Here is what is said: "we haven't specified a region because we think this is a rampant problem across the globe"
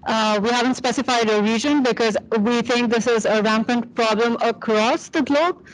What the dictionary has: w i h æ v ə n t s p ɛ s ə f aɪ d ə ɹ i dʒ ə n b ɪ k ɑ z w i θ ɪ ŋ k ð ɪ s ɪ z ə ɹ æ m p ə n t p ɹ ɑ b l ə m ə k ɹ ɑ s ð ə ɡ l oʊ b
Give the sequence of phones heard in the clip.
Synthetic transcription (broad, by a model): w i h æ v ə n t s p ɛ s ə f aɪ d ə ɹ i dʒ ə n b ɪ k ɑ z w i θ ɪ ŋ k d ɪ s ɪ z ə ɹ æ m p ə n t p ɹ ɑ b l ə m ə k ɹ ɑ s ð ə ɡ l oʊ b